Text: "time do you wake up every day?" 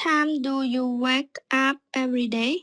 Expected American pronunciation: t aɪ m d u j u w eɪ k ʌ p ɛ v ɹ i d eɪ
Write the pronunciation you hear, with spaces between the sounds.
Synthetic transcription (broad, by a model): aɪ m d u j u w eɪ k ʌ p ɛ v ɹ i d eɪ